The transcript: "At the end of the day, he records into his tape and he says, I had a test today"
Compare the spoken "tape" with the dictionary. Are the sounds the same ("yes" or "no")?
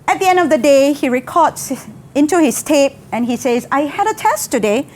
yes